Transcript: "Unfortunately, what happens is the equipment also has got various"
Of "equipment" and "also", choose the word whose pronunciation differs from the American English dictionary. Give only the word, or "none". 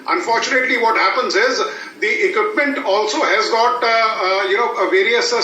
none